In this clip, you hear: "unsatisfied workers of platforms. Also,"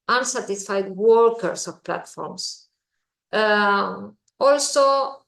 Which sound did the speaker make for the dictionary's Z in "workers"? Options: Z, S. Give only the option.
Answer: S